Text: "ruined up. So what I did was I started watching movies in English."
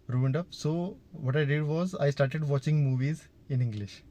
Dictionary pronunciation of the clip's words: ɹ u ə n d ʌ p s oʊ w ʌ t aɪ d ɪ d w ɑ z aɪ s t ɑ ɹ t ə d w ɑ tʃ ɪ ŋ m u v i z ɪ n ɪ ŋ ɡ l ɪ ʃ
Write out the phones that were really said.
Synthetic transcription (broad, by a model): ɹ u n d ʌ p s oʊ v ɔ t aɪ d ɪ d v ɑ z aɪ s t ɑ ɹ t ə d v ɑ tʃ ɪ ŋ m u v i z ɪ n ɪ ŋ ɡ l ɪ ʃ